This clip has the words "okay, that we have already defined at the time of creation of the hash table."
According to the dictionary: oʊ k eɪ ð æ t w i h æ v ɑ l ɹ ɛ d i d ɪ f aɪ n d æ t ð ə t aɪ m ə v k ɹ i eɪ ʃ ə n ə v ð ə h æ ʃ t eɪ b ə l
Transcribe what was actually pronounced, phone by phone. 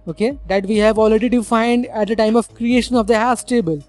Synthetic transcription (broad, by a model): oʊ k eɪ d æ t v i h æ v ɑ l ɹ ɛ d i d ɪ f aɪ n d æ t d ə t aɪ m ə v k ɹ i eɪ ʃ ə n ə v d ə h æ s t eɪ b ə l